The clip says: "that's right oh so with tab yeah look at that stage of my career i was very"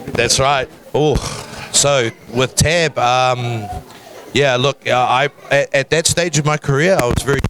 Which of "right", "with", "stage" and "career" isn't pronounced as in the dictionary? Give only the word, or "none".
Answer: none